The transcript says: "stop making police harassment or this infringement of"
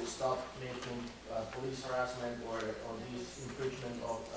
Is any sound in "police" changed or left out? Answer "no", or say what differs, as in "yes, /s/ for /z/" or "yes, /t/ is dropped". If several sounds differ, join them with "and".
no